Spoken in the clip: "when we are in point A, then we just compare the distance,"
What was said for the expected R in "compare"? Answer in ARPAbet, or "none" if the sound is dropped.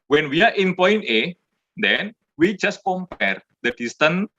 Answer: R